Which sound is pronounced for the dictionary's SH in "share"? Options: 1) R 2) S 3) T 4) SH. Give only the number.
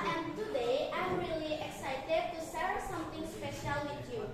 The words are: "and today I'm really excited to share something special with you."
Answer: 2